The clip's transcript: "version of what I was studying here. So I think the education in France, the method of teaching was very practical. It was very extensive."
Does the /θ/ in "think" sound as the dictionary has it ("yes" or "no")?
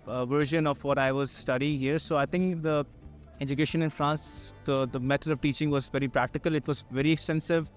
no